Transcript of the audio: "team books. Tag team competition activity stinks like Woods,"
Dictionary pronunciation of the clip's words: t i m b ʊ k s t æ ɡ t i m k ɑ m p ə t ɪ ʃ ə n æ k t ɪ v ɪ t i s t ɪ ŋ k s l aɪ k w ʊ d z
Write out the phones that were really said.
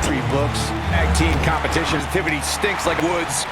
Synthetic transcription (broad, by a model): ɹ i b ʊ k s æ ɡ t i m k ɑ m p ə t ɪ ʃ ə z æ t ɪ v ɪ t i s t ɪ ŋ k s l aɪ k w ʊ d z